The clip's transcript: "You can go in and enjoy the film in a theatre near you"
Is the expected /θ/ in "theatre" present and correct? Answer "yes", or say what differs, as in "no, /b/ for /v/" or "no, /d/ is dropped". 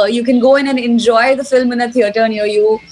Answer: no, /t/ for /θ/